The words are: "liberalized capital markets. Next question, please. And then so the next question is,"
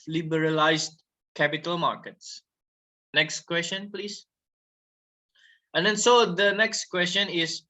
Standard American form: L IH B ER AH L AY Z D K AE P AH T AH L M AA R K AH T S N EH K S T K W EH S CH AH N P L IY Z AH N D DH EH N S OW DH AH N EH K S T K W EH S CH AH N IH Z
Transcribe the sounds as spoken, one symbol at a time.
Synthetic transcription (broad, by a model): L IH B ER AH L AY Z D K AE P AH T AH L M AA R K AH T S N EH K S T K W EH S CH AH N P L IY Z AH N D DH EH N S OW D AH N EH K S T K W EH S CH AH N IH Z